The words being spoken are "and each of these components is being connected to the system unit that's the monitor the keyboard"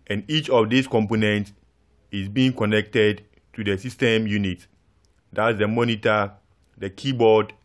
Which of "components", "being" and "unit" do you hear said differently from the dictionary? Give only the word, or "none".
none